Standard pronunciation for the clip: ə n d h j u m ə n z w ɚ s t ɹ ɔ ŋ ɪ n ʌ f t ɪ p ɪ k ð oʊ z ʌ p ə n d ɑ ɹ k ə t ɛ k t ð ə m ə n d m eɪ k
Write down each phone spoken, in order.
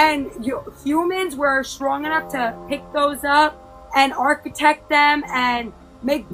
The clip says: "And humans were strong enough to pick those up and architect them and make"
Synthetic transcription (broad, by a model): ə n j h j u m ə n z w ɚ s t ɹ ɔ ŋ ɪ n ʌ f t ɪ p ɪ k ð oʊ z ʌ p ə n ɑ ɹ k ə t ɛ k t ð ə m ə n m eɪ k